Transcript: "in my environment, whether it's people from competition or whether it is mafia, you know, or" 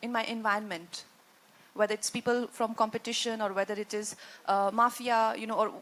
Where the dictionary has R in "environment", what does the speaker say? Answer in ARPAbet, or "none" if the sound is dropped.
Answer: none